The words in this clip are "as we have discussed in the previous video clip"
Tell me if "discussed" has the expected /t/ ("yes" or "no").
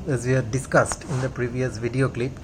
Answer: yes